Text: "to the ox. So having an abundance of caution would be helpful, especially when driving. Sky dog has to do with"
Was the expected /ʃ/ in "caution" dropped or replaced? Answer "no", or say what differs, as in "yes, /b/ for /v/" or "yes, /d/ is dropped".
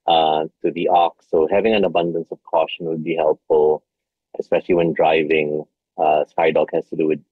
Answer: no